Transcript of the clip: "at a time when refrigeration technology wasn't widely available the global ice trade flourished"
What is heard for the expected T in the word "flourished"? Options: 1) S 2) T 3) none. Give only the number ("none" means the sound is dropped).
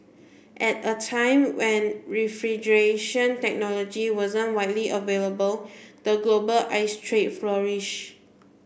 3